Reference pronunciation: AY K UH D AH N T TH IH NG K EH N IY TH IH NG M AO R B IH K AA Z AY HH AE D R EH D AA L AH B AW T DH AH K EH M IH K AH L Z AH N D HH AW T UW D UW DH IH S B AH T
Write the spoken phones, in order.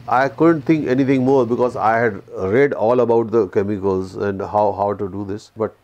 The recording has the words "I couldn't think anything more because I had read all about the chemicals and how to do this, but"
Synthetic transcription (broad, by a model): AY K UH D AH N T T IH NG K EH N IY T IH NG M AO R B IH K AA Z AY HH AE D R EH D AA L AH B AW T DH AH K EH M IH K AH L Z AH N D HH AW T UW D UW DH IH S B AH T